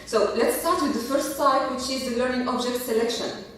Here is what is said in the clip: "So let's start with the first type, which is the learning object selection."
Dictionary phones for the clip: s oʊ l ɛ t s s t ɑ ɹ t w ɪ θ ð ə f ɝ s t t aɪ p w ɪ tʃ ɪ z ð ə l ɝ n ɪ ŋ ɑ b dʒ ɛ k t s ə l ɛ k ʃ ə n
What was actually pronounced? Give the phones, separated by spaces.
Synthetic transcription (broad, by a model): s oʊ l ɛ t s s t ɑ ɹ t w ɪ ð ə f ɝ s t s aɪ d w ɪ tʃ ɪ z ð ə l ɝ n ɪ ŋ ɑ b dʒ ɛ k t s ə l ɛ k ʃ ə n